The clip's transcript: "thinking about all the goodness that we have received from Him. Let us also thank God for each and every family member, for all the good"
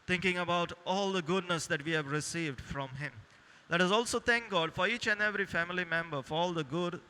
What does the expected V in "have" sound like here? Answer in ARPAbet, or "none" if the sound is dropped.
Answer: V